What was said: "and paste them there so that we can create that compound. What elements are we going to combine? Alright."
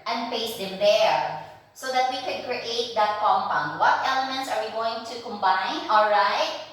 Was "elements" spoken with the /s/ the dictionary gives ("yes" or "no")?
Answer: yes